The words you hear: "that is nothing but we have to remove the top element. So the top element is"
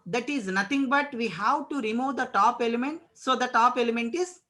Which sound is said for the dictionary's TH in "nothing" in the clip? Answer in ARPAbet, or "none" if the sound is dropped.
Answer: T